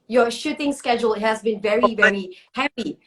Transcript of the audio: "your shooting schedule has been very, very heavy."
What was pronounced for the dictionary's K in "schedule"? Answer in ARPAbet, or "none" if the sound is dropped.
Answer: K